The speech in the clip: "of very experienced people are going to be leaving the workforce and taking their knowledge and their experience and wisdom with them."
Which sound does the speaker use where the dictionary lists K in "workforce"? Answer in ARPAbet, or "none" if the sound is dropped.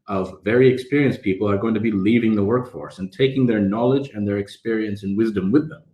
K